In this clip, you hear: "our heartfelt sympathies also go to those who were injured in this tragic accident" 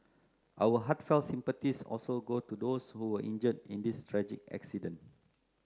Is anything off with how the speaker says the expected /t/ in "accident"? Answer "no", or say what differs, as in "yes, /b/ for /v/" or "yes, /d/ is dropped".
yes, /t/ is dropped